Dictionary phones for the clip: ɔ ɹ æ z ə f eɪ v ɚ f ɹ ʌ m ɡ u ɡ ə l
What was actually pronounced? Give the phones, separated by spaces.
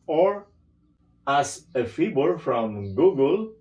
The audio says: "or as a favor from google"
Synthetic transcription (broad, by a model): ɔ ɹ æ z ə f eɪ b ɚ f ɹ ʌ m ɡ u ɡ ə l